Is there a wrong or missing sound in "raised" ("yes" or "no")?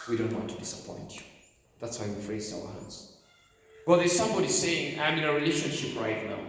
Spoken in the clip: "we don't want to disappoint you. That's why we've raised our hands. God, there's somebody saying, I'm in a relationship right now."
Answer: yes